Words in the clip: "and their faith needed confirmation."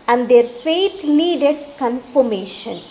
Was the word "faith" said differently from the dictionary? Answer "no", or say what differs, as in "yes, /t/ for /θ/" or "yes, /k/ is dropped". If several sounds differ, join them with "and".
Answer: yes, /t/ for /θ/